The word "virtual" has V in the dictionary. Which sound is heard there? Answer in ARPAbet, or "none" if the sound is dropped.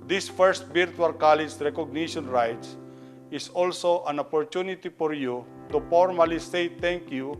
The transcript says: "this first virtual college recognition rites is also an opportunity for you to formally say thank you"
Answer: B